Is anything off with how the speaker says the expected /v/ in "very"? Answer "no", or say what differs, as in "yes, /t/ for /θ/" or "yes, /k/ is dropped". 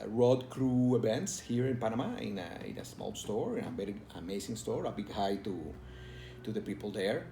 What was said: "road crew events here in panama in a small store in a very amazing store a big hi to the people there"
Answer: yes, /b/ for /v/